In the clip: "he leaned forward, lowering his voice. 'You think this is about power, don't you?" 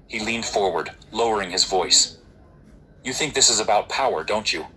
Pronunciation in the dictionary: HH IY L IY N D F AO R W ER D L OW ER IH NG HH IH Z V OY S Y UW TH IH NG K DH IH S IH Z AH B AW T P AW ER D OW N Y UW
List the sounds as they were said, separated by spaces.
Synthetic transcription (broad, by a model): HH IY L IY N D F AO R W ER D L OW ER IH NG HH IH Z V OY S Y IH TH IH NG K DH IH S IH Z AH B AW T P AW ER D OW N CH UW